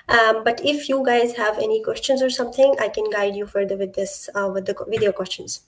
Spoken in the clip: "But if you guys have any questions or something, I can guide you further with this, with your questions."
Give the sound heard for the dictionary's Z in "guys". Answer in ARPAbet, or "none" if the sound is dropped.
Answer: Z